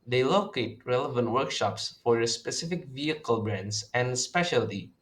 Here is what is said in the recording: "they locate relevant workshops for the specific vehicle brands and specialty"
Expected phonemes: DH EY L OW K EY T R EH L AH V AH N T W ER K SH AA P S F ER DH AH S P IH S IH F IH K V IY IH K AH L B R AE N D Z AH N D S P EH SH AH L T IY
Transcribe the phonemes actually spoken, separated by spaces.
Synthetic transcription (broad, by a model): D EY L OW K EY T R EH L AH V AH N T W ER K SH AA P S F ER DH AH S P IH S IH F IH K V IY IH K AH L B R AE N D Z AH N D S P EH SH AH L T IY